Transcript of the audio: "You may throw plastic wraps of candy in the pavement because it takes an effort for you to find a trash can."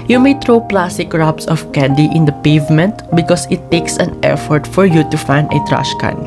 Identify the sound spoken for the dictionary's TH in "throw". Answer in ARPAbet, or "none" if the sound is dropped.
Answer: T